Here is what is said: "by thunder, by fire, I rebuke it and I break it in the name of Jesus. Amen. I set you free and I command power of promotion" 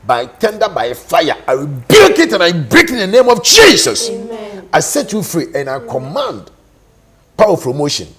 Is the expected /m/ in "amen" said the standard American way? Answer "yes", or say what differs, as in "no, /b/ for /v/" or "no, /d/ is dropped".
no, /m/ is dropped